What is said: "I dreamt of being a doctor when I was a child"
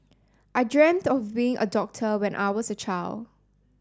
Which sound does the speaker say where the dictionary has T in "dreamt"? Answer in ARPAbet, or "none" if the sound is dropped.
T